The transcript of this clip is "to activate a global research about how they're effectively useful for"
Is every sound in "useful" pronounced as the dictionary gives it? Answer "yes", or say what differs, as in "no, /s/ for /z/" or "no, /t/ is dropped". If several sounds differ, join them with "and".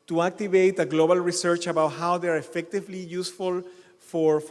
yes